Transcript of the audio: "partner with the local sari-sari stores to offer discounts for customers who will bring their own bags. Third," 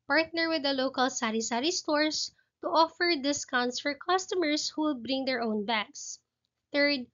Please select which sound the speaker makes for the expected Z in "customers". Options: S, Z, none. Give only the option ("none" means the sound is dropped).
S